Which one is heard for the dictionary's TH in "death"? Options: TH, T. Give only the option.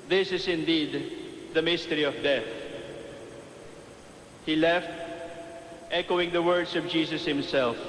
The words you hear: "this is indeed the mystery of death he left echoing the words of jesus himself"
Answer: TH